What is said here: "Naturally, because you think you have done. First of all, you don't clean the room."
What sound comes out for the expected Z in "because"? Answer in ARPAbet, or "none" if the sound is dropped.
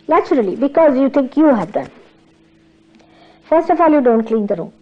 Z